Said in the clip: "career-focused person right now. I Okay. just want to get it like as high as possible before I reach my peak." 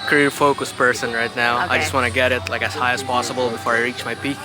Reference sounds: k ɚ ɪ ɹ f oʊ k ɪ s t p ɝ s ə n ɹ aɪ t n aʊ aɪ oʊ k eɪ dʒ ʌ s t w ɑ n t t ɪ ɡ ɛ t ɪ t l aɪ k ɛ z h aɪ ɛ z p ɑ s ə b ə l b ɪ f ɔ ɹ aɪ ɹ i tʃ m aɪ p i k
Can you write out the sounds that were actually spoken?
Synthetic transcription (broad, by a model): k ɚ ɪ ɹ f oʊ k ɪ s p ɝ s ə n ɹ aɪ t n aʊ aɪ dʒ ʌ s t w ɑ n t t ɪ ɡ ɛ t ɪ t l aɪ k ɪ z h aɪ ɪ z p ɑ s ə b ə l b ɪ f ɔ ɹ aɪ ɹ i tʃ m aɪ p i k